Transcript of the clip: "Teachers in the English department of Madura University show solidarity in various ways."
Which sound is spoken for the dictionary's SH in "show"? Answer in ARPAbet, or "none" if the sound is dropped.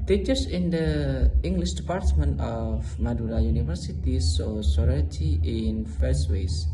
S